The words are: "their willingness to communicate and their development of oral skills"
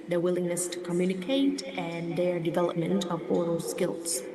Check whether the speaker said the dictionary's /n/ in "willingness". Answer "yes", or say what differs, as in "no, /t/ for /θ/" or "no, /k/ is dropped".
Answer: yes